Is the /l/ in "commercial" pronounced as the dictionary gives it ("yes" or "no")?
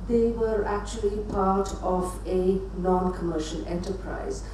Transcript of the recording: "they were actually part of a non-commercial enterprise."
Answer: no